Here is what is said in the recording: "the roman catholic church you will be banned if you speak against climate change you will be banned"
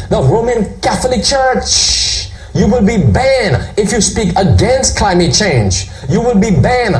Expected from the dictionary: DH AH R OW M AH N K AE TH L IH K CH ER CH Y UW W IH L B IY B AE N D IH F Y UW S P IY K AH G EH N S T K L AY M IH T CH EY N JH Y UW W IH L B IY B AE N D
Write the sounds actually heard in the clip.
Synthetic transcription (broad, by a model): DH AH R OW M AH N K AE TH L IH K CH ER CH Y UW W IH L B IY B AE N IH F Y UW S P IY K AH G EH N S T K L AY M IH T CH EY N JH Y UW W IH L B IY B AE N